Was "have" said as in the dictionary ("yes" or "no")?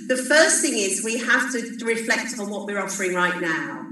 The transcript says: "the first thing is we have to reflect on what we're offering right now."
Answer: no